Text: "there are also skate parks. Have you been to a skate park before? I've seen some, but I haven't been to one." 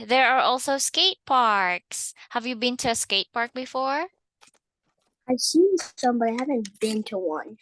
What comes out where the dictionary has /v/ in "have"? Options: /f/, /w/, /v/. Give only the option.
/v/